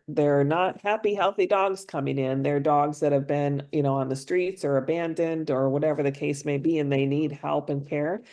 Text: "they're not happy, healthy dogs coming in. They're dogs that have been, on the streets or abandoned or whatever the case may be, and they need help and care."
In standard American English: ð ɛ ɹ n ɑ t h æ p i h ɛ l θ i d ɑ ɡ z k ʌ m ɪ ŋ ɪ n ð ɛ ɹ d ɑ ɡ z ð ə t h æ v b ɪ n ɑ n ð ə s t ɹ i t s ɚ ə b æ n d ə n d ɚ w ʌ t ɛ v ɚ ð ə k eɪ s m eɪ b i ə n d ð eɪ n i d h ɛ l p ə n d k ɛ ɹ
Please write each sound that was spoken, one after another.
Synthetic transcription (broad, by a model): ð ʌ ɹ n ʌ t h æ p i h ɛ l θ i d ɑ ɡ z k ʌ m ɪ ŋ ɪ n ð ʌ ɹ d ɑ ɡ z ð ə t h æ v b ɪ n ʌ n ð ə s t ɹ i t s ɚ ə b æ n d ə n d ɚ w ʌ t ɛ v ɚ ð ə k eɪ s m eɪ b i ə n ð eɪ n i d h ɛ l p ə n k ɛ ɹ